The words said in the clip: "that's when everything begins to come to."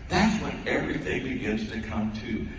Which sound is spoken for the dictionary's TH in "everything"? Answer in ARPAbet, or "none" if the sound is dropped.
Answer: TH